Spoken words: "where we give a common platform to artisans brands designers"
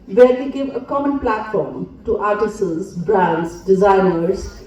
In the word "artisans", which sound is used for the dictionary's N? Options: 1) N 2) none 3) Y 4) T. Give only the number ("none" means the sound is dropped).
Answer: 2